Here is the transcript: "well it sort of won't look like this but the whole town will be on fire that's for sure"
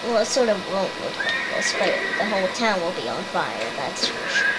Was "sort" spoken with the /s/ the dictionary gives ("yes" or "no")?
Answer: yes